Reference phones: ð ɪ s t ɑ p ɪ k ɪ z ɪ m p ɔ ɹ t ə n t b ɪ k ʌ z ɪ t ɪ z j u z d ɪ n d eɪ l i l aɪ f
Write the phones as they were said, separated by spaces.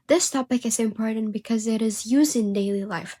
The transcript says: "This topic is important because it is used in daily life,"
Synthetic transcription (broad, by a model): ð ɪ s t ɑ p ɪ k ɪ z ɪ m p ɔ ɹ t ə n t b ɪ k ʌ z ɪ t ɪ z j u z d ɪ n d eɪ l i l aɪ f